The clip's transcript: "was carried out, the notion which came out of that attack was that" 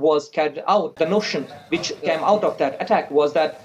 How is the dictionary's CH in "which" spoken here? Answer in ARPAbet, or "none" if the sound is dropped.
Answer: CH